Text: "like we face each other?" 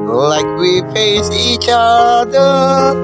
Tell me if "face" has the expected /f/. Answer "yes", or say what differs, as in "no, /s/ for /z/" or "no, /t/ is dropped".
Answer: no, /p/ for /f/